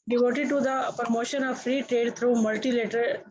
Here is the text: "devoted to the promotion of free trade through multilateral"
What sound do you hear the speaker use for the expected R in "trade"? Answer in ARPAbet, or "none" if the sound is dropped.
R